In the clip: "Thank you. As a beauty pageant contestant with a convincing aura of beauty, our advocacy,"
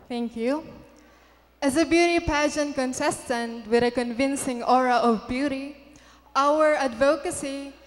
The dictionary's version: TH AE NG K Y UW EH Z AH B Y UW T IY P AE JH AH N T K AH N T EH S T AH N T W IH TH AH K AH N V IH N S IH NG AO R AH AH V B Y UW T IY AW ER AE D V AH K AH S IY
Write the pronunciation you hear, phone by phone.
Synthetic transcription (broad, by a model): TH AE NG K Y UW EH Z AH B Y UW T IY P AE SH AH N K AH N S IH S T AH N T W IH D AH K AH N V IH N S IH NG AO R AH AH V B Y UW T IY AW ER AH D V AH K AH S IY